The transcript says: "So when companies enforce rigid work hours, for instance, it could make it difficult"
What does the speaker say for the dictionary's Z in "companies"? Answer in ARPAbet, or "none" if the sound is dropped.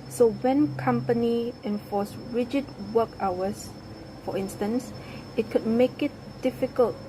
none